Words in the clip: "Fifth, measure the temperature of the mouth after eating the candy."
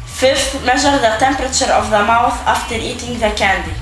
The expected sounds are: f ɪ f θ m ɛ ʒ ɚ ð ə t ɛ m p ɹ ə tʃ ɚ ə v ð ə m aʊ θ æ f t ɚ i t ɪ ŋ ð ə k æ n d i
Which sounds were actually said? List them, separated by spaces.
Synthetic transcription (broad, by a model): f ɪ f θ m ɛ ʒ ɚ ð ə t ɛ m p ɹ ə tʃ ɚ ə v ð ə m aʊ θ æ f t ɚ i t ɪ ŋ ð ə k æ n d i